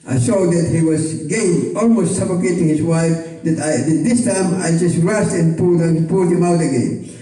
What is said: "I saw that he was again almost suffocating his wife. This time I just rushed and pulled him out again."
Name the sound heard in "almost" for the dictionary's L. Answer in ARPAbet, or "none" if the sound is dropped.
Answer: L